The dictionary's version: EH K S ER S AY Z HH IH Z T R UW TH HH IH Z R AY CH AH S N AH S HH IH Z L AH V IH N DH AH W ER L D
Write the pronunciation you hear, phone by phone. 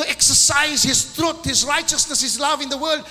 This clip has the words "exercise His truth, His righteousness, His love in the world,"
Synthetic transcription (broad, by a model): EH K S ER S AY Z HH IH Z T R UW T HH IH Z R AY CH AH S N AH S HH IH Z L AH V IH N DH AH W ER L D